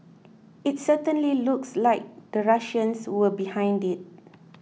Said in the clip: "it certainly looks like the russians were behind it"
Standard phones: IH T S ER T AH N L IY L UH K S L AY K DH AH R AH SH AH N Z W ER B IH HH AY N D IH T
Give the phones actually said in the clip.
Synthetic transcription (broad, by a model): IH T S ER T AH N L IY L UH K S L AY K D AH R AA SH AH N S W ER B IH HH AY N D IH T